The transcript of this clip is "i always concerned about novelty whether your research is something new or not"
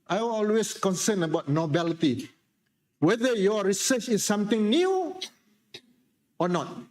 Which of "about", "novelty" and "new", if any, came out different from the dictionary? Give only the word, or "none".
novelty